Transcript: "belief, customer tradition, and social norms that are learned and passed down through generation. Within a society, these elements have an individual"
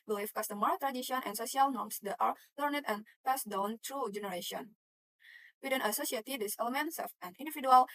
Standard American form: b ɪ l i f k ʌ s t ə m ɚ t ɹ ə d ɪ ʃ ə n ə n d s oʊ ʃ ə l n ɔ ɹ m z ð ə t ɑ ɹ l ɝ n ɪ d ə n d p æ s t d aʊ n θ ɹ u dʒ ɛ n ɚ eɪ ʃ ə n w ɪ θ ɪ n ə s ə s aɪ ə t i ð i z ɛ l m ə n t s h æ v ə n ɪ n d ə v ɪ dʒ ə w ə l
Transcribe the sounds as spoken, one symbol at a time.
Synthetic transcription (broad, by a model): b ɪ l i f k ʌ s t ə m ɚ t ɹ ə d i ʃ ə n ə n s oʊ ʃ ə l n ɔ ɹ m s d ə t ɑ ɹ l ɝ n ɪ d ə n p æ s d aʊ n t ɹ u dʒ ɛ n ɚ eɪ ʃ ə n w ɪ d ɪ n ə s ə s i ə t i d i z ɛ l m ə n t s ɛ f ə n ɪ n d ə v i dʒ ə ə l